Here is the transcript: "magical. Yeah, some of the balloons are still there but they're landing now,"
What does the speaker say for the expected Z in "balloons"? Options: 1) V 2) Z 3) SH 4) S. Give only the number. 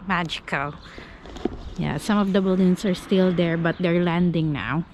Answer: 4